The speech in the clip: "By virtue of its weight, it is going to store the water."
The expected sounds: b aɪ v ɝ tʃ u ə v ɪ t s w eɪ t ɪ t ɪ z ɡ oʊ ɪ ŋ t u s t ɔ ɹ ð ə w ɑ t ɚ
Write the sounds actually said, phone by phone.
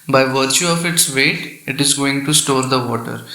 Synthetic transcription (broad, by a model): b aɪ v ɝ tʃ u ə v ɪ t s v eɪ t ɪ t ɪ z ɡ oʊ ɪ ŋ t u s t ɔ ɹ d ə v ɑ t ɚ